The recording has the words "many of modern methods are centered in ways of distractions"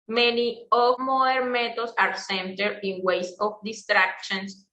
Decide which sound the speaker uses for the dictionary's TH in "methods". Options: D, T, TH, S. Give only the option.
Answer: T